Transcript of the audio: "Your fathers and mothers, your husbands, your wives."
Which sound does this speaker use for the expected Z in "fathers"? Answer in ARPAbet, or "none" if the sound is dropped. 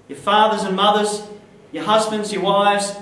Z